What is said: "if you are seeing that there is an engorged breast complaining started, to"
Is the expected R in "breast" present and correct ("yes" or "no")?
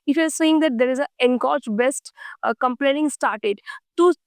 no